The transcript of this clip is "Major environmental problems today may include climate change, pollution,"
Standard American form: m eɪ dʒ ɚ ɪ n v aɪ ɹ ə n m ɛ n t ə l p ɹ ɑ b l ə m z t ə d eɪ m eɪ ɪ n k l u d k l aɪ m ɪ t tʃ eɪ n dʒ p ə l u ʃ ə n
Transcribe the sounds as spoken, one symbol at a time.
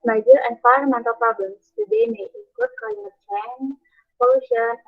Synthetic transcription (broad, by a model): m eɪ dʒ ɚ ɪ n f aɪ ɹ m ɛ n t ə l p ɹ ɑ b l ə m s t ə d eɪ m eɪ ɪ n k u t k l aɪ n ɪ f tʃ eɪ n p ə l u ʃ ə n